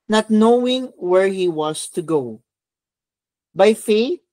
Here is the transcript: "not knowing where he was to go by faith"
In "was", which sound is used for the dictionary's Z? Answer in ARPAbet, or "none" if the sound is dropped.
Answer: S